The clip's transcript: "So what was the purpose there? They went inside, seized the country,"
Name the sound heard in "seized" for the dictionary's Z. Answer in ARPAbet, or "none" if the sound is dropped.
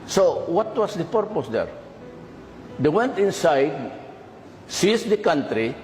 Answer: S